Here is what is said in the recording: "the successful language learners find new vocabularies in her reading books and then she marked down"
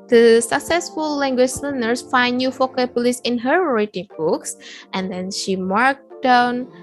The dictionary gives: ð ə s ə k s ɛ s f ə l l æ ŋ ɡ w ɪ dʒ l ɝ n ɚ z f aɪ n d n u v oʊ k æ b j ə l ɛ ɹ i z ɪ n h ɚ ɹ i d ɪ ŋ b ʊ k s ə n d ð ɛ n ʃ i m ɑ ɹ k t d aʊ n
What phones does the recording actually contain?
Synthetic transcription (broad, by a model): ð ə s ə k s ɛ s f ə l l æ ŋ ɡ w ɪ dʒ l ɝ n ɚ s f aɪ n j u f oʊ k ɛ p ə l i s ɪ n h ɚ ɹ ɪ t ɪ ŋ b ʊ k s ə n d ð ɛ n ʃ i m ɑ ɹ k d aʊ n